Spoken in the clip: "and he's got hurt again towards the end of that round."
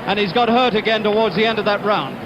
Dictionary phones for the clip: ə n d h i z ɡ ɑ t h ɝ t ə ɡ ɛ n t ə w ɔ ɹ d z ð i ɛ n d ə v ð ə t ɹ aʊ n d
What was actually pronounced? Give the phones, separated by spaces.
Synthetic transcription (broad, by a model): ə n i z ɡ ɑ t h ɝ t ə ɡ ɛ n t ə w ɔ ɹ d z ð i ɛ n d ə v ð ə t ɹ aʊ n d